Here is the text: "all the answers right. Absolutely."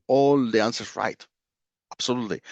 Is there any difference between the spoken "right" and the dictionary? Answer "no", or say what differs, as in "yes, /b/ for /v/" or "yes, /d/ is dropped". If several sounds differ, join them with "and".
no